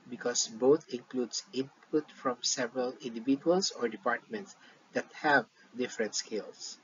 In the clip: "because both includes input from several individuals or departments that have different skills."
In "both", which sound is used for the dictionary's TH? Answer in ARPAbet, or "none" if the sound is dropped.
T